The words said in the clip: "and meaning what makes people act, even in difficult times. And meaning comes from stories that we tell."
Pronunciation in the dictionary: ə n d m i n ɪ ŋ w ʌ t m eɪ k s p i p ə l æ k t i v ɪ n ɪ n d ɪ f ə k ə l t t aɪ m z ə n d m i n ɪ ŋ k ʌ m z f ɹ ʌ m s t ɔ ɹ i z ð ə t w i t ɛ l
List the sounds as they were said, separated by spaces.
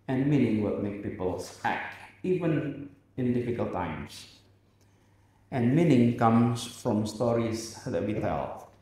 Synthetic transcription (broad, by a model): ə n m i n ɪ ŋ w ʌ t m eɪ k p i p ə l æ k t i v ɪ n ɪ n d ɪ f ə k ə l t t aɪ m s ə n m i n ɪ ŋ k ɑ m s f ɹ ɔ m s t ɔ ɹ i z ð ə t w i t ɛ l